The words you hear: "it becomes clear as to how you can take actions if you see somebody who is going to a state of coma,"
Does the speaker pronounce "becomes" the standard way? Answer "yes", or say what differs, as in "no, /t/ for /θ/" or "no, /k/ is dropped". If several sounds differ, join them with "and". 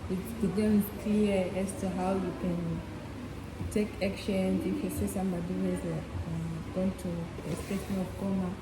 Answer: no, /m/ is dropped